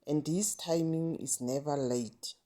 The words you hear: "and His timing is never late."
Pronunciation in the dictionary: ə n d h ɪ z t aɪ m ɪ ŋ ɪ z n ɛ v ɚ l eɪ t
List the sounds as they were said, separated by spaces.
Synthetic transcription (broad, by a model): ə n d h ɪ s t aɪ m ɪ ŋ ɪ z n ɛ v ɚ l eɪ t